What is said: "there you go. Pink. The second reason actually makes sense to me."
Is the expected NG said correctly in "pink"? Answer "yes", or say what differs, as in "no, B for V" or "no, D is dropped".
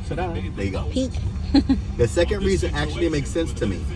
no, NG is dropped